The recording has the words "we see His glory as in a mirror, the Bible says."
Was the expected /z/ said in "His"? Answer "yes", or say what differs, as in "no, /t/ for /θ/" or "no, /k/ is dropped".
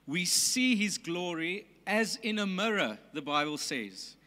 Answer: yes